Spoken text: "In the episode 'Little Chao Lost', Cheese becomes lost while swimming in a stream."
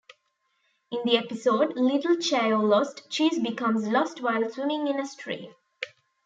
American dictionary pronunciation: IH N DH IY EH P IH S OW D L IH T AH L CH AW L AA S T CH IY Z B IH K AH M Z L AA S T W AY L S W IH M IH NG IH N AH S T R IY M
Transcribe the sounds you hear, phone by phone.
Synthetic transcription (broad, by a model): IH N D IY EH P IH S OW D L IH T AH L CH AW L AA S T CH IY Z B IH K AH M Z L AA S T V AY L S W IH M IH NG IH N AH S T R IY